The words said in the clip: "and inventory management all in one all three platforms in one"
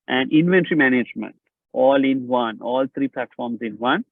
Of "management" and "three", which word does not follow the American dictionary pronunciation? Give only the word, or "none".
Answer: three